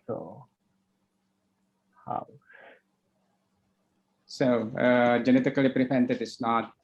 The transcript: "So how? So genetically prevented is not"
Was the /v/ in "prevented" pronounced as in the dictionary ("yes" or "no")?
no